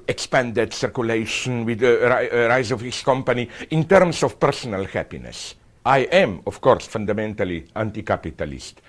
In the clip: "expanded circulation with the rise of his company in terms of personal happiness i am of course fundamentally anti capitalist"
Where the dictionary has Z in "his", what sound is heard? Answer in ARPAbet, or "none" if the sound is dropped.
S